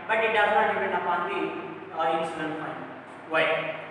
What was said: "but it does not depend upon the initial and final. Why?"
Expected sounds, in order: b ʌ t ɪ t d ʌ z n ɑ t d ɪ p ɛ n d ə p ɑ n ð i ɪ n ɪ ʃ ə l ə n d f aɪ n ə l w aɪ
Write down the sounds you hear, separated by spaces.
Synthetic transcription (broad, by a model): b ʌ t ɪ t d ʌ z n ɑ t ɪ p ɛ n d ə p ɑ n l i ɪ ɪ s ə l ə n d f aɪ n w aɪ